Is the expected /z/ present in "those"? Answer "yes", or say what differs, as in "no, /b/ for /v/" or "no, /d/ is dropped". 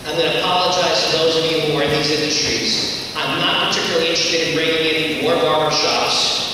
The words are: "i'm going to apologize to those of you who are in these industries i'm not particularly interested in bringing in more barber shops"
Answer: yes